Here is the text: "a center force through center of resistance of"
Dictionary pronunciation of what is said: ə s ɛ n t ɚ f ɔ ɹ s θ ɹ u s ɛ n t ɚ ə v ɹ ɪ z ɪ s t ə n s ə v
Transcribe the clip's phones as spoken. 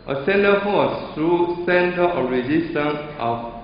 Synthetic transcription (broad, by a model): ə s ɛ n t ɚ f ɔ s t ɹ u s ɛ n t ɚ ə ɹ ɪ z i s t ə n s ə